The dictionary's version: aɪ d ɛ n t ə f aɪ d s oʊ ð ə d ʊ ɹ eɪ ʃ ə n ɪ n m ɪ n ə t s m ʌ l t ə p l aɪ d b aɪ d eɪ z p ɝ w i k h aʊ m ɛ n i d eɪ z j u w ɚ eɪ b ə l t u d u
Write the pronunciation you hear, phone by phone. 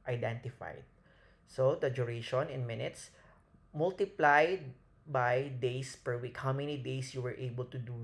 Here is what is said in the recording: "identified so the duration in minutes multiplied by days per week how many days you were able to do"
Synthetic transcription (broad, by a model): aɪ d ɛ n t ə f aɪ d s oʊ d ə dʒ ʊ ɹ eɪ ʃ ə n ɪ n m ɪ n ə t s m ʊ l t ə p l aɪ d b aɪ d eɪ s p ɝ w i k h aʊ m ɛ n i d eɪ s j u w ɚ eɪ b ə l t u d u